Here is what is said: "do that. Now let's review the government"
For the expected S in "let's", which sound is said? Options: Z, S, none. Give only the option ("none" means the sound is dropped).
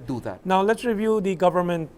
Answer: S